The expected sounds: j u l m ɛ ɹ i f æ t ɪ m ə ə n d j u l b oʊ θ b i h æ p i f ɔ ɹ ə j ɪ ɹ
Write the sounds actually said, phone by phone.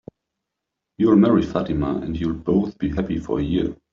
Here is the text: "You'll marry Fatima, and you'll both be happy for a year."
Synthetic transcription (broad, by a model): j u l m ɛ ɹ i f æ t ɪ m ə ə n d j u l b oʊ θ b i h æ p i f ɔ ɹ ə j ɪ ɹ